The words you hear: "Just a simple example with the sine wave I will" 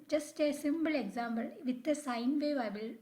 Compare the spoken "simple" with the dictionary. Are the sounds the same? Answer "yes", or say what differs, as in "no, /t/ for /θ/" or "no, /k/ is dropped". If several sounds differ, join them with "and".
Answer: no, /b/ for /p/